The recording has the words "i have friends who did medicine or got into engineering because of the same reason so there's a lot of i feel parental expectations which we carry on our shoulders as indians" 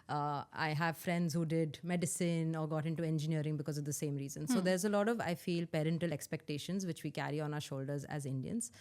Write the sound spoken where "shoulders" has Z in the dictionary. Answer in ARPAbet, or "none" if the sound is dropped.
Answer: Z